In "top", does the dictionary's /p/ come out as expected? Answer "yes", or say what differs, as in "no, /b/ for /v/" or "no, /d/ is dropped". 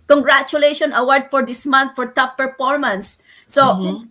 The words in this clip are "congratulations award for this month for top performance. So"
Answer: no, /f/ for /p/